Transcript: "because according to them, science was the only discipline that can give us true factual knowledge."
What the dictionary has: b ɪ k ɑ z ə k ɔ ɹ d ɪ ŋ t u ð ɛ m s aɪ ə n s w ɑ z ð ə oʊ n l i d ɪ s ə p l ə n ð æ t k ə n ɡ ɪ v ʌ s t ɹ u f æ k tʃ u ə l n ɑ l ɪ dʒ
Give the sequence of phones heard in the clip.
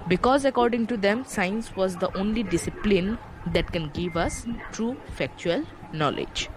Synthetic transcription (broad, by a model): b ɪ k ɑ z ə k ɔ ɹ d ɪ ŋ t u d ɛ m s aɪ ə n s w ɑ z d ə oʊ n l i d ɪ s ə p l ə n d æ t k ə n ɡ ɪ v ʌ s t ɹ u f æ k tʃ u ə l n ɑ l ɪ dʒ